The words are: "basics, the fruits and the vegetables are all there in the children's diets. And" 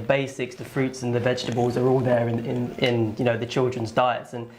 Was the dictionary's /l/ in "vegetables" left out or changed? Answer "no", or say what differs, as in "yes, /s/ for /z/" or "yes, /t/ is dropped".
no